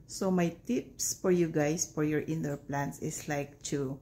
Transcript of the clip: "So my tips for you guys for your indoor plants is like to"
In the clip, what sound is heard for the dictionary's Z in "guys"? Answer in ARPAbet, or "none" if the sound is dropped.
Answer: S